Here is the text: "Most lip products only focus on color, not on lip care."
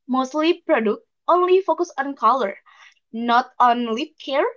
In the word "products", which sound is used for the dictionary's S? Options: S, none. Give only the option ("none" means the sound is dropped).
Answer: none